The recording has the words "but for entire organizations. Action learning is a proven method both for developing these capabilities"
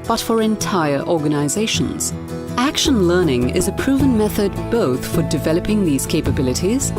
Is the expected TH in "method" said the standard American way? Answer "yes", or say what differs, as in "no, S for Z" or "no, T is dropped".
yes